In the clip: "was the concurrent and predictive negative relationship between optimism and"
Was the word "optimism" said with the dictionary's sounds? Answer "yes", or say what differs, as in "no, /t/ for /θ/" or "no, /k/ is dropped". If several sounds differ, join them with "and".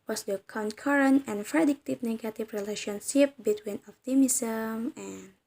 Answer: no, /f/ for /p/